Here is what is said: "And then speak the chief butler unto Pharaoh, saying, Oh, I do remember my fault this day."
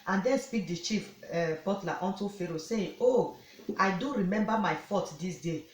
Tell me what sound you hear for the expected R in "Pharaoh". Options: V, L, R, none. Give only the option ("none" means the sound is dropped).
R